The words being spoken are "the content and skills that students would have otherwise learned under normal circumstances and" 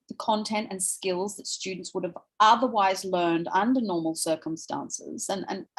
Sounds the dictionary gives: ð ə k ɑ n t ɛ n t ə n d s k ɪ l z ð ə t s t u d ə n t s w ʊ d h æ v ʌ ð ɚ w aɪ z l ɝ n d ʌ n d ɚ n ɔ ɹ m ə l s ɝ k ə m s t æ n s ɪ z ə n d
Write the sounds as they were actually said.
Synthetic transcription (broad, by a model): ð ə k ɑ n t ɛ n t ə n s k ɪ l z ð ə t s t u d n t s w ʊ d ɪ v ʌ ð ɚ w aɪ z l ɝ n d ʌ n d ɚ n ɔ ɹ m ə l s ɝ k ə m s t æ n s ɪ z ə n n